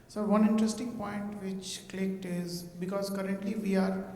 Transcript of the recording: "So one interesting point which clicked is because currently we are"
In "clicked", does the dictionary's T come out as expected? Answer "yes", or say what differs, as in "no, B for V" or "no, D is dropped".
yes